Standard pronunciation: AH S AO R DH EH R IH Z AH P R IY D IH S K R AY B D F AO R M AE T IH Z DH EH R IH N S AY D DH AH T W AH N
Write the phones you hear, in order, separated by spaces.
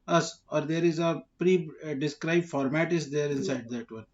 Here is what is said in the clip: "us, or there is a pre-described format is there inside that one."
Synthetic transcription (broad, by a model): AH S AO R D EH R IH Z AH P R IY D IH S K R AY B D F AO R M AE T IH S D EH R IH N S AY D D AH T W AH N